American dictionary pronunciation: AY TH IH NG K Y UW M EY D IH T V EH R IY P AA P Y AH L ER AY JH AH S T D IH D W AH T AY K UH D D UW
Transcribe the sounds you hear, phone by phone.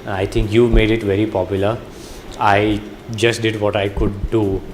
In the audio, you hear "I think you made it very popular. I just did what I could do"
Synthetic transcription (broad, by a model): AY T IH NG K Y UW M EY D IH T V EH R IY P AA P Y AH L ER AY JH AH S T D IH D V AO T AY K UH D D UW